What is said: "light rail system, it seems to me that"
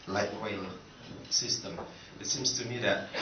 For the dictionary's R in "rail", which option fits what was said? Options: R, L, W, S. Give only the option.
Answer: W